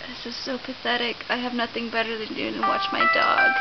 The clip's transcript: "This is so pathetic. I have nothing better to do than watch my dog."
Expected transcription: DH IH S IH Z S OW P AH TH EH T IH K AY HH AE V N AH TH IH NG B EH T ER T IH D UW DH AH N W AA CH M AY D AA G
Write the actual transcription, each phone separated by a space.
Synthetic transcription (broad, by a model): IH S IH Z S OW P AH TH EH T IH K AY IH V N AH TH IH NG B EH T ER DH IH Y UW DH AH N W AA CH M AY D AA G